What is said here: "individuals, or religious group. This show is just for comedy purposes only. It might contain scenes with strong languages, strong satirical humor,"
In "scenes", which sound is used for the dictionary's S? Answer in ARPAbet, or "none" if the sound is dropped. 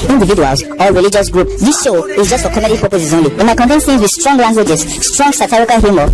TH